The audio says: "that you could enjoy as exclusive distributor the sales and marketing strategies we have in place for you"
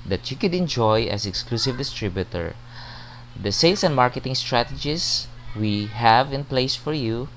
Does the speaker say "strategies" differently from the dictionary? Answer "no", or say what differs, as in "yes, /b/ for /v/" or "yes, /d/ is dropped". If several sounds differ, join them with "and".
yes, /s/ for /z/